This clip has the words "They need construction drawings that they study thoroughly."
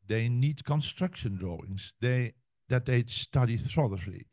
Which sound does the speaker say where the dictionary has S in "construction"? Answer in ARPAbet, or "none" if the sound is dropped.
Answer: S